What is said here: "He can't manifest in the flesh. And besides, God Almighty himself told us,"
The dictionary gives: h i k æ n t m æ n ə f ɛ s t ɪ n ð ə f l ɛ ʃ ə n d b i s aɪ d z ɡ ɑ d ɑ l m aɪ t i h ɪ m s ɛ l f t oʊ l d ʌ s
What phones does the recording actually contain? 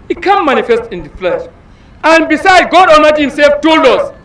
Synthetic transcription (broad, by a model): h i k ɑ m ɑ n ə f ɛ s t ɪ n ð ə f l ɛ ʃ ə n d b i s aɪ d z ɡ ɑ d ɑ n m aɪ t h ɪ m s ɛ l f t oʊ l ɔ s